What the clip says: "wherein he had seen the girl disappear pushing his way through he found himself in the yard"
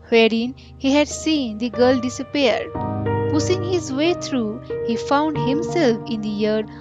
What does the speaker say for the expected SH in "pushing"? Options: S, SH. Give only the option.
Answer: S